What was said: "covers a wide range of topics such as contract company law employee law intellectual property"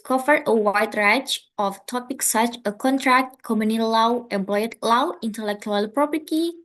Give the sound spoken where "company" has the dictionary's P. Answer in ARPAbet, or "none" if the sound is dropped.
none